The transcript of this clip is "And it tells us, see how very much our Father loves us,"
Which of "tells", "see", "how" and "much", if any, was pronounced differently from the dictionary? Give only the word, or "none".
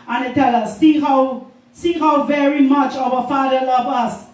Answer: tells